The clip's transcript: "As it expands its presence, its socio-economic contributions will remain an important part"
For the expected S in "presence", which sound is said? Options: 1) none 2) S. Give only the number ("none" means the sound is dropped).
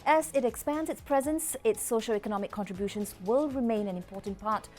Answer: 2